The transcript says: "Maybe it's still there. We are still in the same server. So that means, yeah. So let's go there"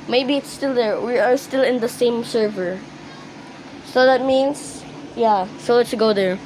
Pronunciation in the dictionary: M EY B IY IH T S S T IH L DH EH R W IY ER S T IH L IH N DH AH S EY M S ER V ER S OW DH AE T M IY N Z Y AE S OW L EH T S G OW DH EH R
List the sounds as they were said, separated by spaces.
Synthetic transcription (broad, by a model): M EY B IY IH T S S T IH L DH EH R W IY ER S T IH L IH N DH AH S EY M S ER V ER S OW DH AE T M IY N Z Y AE S OW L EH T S G OW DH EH R